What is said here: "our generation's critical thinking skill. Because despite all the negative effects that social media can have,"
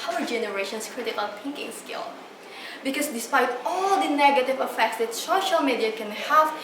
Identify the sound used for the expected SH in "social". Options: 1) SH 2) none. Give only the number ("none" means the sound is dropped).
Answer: 1